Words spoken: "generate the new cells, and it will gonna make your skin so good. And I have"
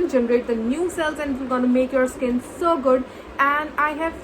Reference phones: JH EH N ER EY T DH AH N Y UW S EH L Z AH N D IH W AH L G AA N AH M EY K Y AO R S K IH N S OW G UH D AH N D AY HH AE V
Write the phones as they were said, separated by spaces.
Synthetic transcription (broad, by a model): JH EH N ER EY T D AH N Y UW S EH L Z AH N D IH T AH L G AA N AH M EY K Y AO R S K IH N S OW G UH D AH N D AY HH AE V